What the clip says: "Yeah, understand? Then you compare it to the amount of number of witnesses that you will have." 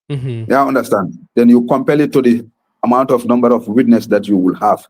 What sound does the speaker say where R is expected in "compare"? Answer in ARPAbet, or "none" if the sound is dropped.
L